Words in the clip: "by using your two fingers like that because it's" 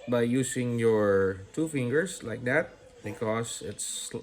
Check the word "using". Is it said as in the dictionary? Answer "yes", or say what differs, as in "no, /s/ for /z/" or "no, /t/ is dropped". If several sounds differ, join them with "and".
no, /s/ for /z/